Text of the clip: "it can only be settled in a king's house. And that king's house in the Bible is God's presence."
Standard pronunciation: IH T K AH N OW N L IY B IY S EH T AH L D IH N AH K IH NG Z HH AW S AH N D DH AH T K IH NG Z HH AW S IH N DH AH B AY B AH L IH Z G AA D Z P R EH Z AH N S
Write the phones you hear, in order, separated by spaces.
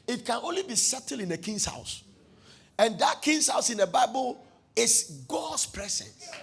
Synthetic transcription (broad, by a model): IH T K AH N OW N L IY B IY S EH T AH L IH N AH K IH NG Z HH AW S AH N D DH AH T K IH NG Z HH AW S IH N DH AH B AY B AH L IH S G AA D S P R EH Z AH N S